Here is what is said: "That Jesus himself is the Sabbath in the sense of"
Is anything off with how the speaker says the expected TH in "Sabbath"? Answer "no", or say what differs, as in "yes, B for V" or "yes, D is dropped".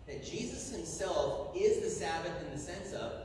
no